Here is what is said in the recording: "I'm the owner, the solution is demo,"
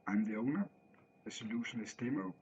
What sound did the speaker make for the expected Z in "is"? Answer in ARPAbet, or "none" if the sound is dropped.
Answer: S